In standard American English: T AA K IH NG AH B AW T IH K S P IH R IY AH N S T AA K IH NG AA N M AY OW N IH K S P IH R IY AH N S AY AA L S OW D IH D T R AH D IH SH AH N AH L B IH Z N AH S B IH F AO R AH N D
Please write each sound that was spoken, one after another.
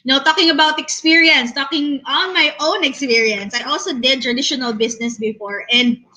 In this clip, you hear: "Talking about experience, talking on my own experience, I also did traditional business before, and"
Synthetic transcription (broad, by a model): T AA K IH NG AH B AW T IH K S P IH R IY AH N S T AA K IH NG AA N M AY OW N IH K S P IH R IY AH N S AY AA L S OW D IH D T R AH D IH SH AH N AH L B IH S N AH S B IH F AO R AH N D